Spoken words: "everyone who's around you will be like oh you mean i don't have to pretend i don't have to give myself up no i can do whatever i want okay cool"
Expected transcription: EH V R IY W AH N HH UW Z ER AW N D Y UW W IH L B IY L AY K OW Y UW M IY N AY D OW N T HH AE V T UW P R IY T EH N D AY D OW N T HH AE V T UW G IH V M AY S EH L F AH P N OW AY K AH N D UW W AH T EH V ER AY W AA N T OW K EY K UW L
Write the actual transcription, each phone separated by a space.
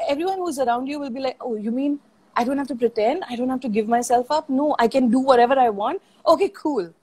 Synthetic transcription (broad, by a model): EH V R IY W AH N HH UW Z ER AW N D Y UW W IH L B IY L AY K OW Y UW M IY N AY D OW N T HH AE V T UW P R IY T EH N D AY D OW N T HH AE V T UW G IH V M AY S EH L F AH P N OW AY K AH N D UW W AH T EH V ER AY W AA N T OW K EY K UW L